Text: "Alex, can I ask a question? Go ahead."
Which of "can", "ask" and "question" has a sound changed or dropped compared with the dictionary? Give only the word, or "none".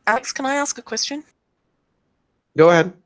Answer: none